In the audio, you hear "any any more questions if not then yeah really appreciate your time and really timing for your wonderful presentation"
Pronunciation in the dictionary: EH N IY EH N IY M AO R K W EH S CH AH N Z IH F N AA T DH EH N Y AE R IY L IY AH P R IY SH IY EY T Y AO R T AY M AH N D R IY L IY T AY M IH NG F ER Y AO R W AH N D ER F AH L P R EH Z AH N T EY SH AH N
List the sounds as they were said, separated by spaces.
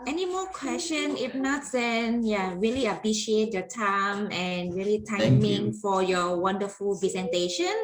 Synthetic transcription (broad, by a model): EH EH N IY M AO K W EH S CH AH N IH F N AA T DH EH N Y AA R IY L IY AH P R IY SH IY EY T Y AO T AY M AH N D R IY L IY T AY M IH NG F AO Y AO W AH N D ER F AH L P R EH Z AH N T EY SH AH N